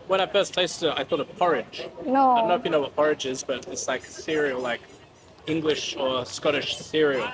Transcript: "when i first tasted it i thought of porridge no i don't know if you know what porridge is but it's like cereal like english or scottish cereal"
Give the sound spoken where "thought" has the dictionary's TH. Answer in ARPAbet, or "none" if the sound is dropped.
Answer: TH